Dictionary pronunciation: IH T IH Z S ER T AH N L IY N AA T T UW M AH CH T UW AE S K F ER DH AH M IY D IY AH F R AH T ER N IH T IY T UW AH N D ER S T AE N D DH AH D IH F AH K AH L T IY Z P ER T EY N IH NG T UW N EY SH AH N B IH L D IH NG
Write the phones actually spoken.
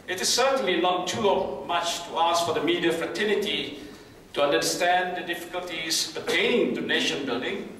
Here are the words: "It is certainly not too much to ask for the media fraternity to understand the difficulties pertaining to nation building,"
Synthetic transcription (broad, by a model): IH T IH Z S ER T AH N L IY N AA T T UW M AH CH T UW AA S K F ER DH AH M IY D IY AH F R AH T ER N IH T IY T UW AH N D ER S T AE N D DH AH D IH F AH K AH L T IY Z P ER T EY IH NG T UW N EY SH AH N B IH L D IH NG